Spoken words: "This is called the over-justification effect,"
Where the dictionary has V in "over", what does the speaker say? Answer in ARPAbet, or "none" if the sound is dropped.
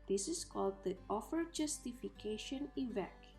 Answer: F